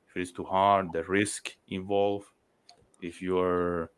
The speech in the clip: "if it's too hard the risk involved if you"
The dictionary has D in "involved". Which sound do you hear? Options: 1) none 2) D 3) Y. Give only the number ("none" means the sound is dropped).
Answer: 1